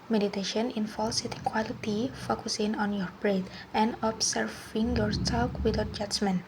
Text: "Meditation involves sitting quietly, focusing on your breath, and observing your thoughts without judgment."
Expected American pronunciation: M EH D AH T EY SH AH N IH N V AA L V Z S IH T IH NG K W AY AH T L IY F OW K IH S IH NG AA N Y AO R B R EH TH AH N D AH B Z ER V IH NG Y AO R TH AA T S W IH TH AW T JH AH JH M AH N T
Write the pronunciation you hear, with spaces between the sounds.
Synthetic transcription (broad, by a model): M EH D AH T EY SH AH N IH N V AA L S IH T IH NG K W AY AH T IY F OW K IH S IH NG AA N Y AO R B R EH T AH N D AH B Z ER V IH NG Y AO R S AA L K W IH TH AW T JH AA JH M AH N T